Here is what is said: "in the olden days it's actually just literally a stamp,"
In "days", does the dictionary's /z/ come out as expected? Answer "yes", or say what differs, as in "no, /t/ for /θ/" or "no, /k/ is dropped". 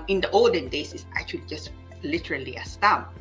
no, /s/ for /z/